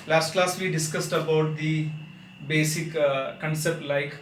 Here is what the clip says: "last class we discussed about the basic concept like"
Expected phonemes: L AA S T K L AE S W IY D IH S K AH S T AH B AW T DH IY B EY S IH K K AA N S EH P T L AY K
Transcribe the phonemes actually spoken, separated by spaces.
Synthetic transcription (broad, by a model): L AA S T K L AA S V IY D IH S K AH S T AH B AW T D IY B EY S IH K K AA N S EH P T L AY K